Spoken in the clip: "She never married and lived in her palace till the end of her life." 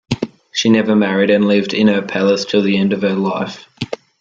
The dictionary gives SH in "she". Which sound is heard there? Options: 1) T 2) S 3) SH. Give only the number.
3